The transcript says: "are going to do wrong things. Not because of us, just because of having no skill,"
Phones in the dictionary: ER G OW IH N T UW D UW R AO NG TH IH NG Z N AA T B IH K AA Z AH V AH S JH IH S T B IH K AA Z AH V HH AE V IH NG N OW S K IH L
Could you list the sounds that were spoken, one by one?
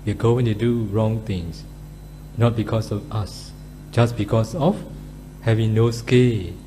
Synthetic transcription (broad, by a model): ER G OW IH N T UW D UW R AO NG T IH NG S N AA T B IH K AA S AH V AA S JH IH S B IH K AA S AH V HH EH V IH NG N OW S K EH L